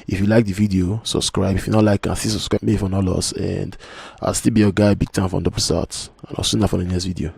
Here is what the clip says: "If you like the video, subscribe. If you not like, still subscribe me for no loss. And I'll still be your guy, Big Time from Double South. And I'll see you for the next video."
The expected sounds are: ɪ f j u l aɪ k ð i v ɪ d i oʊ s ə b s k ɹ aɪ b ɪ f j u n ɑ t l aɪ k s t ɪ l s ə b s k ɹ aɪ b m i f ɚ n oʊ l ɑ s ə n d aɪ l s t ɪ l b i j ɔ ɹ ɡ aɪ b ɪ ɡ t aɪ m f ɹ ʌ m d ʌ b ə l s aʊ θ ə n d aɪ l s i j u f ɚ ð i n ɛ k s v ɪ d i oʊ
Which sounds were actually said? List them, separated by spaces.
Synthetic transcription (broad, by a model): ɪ f j u l aɪ k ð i v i d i oʊ s ə b s k ɹ aɪ b ɪ f j u n ɑ t l aɪ k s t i s ə b s k ɹ aɪ b m i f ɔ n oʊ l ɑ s ə n d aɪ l s t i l b i j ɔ ɡ aɪ b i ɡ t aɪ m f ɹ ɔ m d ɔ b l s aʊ t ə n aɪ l s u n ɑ f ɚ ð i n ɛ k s v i d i oʊ